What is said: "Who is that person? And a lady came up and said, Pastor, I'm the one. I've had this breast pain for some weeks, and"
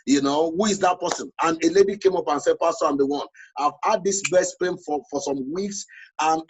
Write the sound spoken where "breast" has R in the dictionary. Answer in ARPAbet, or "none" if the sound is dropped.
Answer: none